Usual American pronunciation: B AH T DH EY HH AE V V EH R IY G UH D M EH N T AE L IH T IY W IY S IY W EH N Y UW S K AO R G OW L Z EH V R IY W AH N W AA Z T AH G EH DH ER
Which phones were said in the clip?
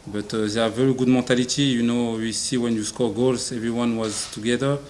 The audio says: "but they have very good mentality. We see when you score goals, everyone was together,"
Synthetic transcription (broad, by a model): B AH T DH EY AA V V EH R IY G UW D M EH T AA L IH T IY W IY S IY W EH N Y UW S K AO R G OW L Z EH V R IY W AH N W AA Z T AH G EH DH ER